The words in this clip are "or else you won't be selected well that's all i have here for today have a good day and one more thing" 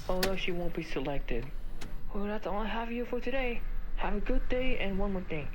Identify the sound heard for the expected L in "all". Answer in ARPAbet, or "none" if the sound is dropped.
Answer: N